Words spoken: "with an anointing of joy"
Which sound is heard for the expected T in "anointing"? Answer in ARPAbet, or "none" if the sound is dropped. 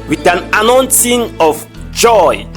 S